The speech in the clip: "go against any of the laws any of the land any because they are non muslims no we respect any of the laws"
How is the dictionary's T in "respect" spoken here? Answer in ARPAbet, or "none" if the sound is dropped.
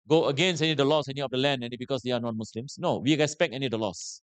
none